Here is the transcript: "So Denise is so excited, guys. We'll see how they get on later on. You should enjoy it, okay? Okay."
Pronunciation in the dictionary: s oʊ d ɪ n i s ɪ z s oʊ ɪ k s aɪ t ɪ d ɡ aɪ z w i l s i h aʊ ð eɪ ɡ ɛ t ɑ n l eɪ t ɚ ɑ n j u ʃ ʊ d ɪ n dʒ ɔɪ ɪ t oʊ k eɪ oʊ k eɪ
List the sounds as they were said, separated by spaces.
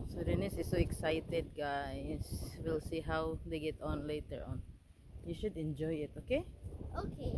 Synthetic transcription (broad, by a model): s oʊ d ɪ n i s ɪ s oʊ ɪ k s aɪ t ɪ d ɡ aɪ s w i l s i h aʊ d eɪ ɡ ɛ t ɑ n l eɪ t ɚ ɑ n j u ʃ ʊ d ɪ n dʒ ɔɪ ɪ t oʊ k eɪ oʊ k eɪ